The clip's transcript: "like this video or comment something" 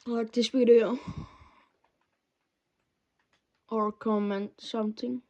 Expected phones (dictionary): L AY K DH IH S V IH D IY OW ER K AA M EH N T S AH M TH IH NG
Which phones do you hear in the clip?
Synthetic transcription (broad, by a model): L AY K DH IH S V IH D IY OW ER K AA M EH N T S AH M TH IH NG